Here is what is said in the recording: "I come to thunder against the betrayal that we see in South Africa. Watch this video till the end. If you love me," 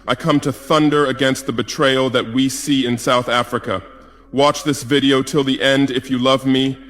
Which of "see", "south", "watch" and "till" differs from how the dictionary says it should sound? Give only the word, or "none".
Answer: none